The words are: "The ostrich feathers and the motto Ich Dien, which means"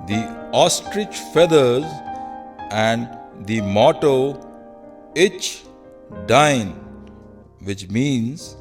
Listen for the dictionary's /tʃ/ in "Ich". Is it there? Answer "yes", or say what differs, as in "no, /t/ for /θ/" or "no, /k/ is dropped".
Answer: yes